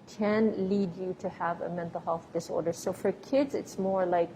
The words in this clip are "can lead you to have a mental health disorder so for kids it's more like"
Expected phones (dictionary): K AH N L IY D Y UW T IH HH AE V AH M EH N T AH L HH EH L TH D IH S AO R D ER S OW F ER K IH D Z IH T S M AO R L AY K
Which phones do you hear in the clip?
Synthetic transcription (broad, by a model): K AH N L IY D Y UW T IH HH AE V AH M EH N T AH L HH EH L F D IH S AO R D ER S OW F ER K IH D Z IH T S M AO R L AY K